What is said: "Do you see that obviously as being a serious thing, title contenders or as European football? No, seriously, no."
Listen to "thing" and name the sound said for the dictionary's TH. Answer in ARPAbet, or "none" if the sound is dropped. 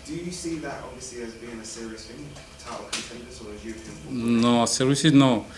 F